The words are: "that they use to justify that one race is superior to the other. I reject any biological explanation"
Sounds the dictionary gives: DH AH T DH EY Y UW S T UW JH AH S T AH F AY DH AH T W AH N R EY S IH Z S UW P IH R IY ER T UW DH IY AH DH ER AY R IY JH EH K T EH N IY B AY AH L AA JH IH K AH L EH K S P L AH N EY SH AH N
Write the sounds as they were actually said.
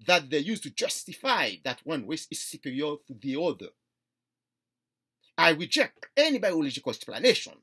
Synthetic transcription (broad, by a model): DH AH T DH EY Y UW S T UW JH AH S T AH F AY DH AH T W AH N W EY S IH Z S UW P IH R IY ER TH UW DH IY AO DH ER AY R IY JH EH K T EH N IY B AY AH L AA JH IH K AH L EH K S P L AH N EY SH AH N